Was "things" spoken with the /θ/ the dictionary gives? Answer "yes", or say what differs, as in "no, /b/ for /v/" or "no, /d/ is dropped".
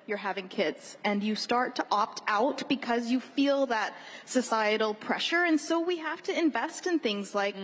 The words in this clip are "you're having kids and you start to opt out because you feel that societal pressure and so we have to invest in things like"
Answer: yes